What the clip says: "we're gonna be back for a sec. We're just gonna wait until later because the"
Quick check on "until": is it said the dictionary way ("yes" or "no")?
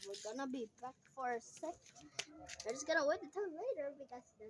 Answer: no